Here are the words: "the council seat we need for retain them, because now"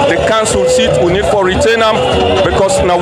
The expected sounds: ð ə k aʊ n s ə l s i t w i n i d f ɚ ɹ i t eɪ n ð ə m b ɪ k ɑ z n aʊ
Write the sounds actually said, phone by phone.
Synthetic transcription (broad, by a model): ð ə k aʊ n s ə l s i t w i n i d f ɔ ɹ i t eɪ n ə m b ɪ k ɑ s n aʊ